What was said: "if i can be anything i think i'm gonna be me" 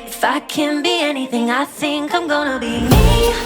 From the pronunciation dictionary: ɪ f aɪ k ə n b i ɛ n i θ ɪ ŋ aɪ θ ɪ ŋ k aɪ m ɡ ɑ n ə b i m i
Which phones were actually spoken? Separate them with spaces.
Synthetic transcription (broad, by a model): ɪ f aɪ k ə n b i ɛ n i θ ɪ ŋ aɪ s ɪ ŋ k aɪ m ɡ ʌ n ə b i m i